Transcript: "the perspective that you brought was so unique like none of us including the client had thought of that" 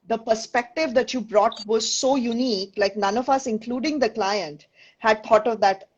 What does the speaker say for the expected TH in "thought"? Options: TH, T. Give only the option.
T